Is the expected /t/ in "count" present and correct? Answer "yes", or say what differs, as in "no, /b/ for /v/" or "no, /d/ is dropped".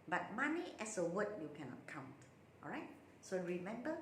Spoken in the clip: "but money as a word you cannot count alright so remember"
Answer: yes